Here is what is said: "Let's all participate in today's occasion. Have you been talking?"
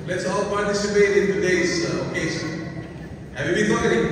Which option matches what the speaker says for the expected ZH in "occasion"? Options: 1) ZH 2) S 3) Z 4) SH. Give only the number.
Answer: 2